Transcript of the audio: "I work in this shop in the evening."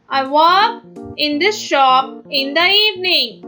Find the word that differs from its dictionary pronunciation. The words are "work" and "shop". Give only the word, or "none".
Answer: work